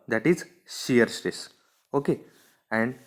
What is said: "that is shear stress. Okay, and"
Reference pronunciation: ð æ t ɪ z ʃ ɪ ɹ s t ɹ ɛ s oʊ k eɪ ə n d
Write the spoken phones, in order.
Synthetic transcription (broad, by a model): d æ t ɪ z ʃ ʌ ɹ s t ɛ s oʊ k eɪ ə n d